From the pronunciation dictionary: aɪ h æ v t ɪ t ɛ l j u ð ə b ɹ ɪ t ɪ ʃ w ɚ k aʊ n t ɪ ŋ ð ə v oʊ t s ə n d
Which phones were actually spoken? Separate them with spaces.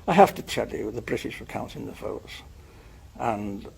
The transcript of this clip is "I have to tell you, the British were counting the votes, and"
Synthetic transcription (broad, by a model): aɪ h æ f t ɪ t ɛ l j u ð ə b ɹ ɪ t ɪ ʃ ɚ k aʊ n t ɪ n ð ə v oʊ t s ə n